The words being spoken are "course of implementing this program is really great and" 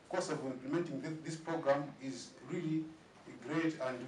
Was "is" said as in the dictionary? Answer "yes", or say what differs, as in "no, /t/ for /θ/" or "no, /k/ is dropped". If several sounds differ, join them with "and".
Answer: yes